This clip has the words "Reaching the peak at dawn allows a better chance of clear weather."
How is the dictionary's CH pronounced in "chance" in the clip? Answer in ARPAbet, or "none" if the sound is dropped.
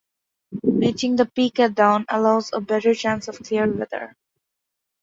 CH